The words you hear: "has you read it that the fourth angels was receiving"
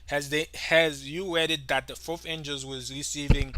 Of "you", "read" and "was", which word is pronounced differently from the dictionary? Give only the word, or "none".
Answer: read